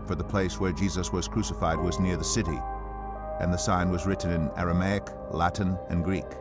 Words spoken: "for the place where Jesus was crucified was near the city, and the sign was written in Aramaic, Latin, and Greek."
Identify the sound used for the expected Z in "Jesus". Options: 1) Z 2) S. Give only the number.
1